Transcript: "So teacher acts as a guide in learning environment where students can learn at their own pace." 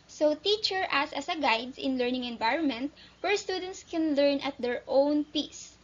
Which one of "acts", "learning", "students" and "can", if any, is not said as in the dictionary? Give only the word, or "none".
acts